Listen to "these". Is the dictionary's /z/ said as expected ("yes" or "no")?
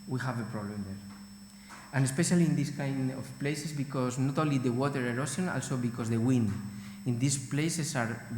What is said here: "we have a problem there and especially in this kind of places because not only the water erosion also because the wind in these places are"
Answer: no